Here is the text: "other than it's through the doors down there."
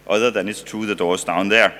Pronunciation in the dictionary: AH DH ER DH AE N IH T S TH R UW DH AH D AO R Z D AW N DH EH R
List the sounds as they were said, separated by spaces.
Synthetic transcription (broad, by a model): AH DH ER DH AE N IH T S T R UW DH AH D AO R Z D AW N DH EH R